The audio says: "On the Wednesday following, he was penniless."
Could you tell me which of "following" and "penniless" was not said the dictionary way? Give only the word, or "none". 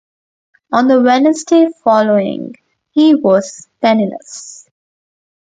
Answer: penniless